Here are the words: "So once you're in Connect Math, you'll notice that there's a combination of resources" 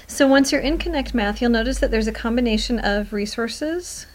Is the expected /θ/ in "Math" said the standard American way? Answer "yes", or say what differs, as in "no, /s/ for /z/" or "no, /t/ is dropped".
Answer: yes